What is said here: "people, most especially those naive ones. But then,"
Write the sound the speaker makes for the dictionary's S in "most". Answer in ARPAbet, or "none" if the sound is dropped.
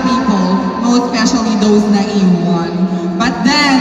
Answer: none